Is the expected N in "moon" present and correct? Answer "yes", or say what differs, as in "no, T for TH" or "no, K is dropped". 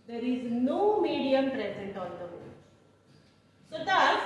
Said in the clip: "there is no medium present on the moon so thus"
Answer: no, L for N